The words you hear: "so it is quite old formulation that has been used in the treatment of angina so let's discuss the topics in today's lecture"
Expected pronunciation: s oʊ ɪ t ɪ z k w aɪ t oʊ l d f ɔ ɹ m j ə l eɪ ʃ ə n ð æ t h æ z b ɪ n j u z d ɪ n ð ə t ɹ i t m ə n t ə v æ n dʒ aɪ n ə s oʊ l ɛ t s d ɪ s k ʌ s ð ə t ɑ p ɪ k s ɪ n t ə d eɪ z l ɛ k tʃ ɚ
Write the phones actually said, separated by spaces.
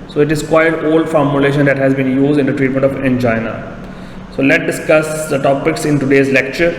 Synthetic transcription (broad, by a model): s oʊ ɪ t ɪ z k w aɪ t oʊ l d f ɔ ɹ m j ə l eɪ ʃ ə n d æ t h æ z b ɪ n j u z d ɪ n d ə t ɹ i t m ə n t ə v æ n dʒ aɪ n ə s oʊ l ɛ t d ɪ s k ʌ s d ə t ɑ p ɪ k s ɪ n t ə d eɪ z l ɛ k tʃ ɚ